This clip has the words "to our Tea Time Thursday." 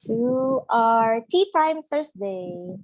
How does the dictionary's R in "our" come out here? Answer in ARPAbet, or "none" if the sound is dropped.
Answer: R